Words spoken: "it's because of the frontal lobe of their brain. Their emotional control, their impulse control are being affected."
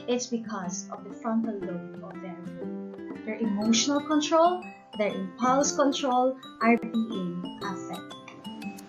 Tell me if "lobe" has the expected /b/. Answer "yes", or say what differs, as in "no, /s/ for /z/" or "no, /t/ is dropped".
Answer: no, /b/ is dropped